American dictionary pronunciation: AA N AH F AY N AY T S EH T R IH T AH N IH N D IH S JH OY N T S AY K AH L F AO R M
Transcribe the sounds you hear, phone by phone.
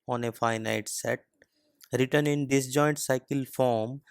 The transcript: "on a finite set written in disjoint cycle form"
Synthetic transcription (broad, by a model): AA N AH F AY N AY T S EH T R IH T AH N IH N D IH S JH OY N T S AY K AH L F AO R M